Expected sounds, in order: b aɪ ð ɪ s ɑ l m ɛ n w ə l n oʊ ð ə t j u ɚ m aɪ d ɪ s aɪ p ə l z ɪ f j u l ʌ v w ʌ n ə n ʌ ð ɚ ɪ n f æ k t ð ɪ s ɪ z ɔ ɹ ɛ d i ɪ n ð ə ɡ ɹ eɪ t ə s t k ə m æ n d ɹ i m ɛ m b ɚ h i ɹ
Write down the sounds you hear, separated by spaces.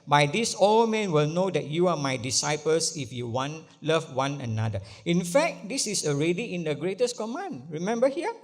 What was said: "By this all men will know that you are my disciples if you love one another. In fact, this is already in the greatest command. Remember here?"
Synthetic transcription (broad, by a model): b aɪ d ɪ s ɑ l m ɛ n w ə l n oʊ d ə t j u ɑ m aɪ d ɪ s aɪ p ə l s ɪ f j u l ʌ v w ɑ n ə n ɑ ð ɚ ɪ n f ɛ k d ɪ s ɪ s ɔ ɹ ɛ d i ɪ n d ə ɡ ɹ eɪ t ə s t k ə m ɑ n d ɹ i m ɛ m b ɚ h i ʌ